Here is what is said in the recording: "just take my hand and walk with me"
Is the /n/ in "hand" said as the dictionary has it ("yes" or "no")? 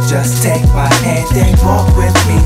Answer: no